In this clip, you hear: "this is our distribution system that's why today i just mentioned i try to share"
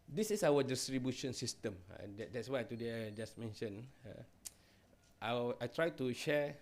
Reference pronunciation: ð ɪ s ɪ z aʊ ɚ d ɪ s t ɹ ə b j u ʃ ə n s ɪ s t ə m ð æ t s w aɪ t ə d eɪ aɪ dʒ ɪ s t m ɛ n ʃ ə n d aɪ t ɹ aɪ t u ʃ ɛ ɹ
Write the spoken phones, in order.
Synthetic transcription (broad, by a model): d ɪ s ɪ s aʊ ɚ d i s t ɹ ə b j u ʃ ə n s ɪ s t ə m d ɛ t s w aɪ t ə d eɪ aɪ dʒ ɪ s m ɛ n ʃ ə n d aɪ t ɹ aɪ t u ʃ ɛ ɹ